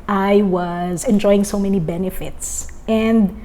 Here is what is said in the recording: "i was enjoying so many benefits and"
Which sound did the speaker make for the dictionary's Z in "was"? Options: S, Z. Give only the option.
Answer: Z